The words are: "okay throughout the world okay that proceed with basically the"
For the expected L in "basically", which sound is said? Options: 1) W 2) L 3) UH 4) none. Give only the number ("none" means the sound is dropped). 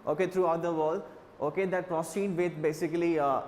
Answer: 4